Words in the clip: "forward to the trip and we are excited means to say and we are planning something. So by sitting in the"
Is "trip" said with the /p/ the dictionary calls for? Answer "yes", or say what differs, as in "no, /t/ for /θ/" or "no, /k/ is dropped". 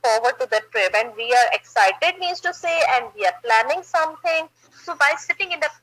no, /b/ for /p/